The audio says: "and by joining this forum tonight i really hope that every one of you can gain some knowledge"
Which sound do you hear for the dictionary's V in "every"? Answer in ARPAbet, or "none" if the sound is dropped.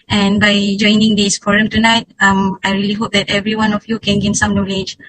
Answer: V